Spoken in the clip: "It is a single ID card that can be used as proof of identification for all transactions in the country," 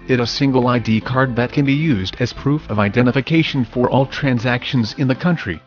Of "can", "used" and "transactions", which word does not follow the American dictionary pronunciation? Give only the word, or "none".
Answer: none